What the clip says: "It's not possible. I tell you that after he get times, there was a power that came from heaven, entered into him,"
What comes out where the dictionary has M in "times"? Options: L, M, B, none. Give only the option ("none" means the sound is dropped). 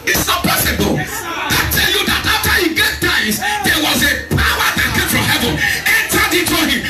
none